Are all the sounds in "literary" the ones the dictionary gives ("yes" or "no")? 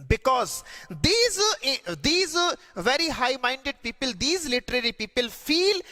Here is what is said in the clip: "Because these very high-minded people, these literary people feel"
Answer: yes